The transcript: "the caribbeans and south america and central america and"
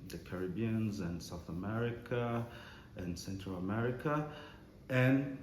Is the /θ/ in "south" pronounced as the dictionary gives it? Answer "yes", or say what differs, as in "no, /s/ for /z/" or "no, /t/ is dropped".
yes